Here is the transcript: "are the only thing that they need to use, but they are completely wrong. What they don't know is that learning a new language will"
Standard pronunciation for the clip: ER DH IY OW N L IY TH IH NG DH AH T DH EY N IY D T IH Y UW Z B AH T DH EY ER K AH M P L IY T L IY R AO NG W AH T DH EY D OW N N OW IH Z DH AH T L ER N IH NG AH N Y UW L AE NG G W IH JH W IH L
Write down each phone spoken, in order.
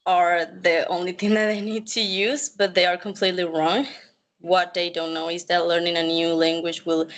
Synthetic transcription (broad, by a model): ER DH IY OW N L IY TH IH NG DH AH T DH EY N IY D T IH Y UW Z B AH T DH EY ER K AH M P L IY T L IY R AO NG W AH T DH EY D OW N N OW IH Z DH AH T L ER N IH NG AH N Y UW L AE NG G W IH JH W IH L